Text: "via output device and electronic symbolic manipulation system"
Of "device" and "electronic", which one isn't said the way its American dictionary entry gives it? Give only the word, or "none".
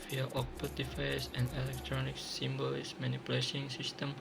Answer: device